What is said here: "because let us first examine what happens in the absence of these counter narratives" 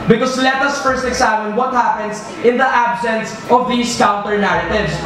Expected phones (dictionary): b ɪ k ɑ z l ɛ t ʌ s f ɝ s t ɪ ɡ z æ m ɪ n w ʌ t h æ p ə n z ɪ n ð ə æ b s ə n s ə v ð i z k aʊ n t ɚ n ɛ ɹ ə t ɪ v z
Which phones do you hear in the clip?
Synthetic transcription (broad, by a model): b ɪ k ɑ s l ɛ t ʌ s f ɝ s t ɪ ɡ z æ m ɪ n w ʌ t h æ p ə n s ɪ n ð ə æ b s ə n s ə v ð i s k aʊ n t ɚ n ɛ ɹ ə t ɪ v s